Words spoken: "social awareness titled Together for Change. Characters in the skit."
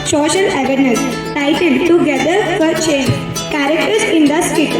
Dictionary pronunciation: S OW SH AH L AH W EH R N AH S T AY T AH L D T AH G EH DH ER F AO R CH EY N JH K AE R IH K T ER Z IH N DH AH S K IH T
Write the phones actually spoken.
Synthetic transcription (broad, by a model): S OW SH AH L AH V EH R N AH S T AY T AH N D T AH G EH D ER F AO R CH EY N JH K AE R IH K T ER S IH N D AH S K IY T